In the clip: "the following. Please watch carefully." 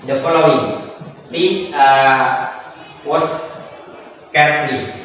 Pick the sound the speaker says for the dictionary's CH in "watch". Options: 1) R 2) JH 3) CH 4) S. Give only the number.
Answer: 4